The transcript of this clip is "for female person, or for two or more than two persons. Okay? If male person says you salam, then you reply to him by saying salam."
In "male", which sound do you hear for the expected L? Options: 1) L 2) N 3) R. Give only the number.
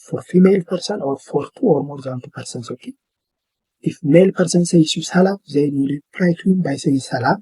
1